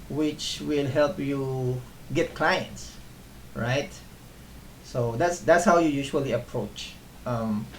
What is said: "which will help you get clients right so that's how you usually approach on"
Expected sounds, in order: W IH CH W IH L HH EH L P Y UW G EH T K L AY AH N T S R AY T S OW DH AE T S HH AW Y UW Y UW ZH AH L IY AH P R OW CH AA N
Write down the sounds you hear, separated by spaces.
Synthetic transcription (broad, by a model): W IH CH W IH L HH EH L P Y UW G EH T K L AY AH N T S R AY T S OW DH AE T S HH AW Y UW Y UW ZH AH L IY AH P R OW CH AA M